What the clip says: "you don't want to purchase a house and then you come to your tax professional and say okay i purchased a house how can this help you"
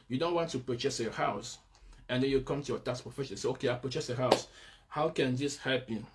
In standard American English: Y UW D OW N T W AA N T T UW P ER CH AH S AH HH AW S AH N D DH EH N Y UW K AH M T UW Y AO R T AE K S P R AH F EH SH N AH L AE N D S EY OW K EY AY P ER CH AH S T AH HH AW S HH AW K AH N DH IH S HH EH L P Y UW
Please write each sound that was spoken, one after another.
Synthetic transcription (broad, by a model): Y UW D OW N T W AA N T T UW P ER CH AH S AH HH AW S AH N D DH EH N Y UW K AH M T UW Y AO T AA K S P R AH F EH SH AH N S EY OW K EY AY P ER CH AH S AH HH AW S HH AW K AH N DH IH S HH EH L P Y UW